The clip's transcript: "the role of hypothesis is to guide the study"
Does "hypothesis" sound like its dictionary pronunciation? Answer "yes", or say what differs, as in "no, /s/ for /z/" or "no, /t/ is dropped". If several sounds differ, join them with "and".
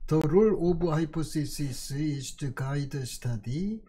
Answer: no, /s/ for /θ/